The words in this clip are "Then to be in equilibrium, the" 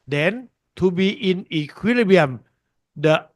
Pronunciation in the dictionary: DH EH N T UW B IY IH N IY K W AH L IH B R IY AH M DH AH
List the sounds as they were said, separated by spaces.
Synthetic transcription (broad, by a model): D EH N T UW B IY IH N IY K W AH L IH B IY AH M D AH